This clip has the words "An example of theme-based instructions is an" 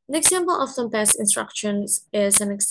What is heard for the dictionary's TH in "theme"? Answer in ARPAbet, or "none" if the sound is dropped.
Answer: S